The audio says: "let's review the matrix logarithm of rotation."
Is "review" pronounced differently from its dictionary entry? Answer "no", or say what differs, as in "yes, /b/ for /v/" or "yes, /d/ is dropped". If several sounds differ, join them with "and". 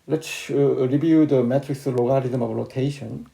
yes, /b/ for /v/